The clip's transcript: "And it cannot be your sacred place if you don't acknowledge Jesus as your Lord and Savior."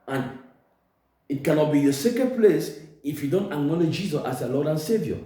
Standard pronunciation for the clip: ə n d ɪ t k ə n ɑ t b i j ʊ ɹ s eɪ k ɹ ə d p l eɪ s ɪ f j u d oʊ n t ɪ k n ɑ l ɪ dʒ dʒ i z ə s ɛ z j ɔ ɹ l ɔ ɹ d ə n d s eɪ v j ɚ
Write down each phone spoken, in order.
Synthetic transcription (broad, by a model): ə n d ɪ t k ə n ɑ t b i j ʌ s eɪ k ə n p l eɪ s ɪ f j u d oʊ n t ɪ k n ɑ l ɪ dʒ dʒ i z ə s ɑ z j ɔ l ɔ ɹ d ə n s eɪ v j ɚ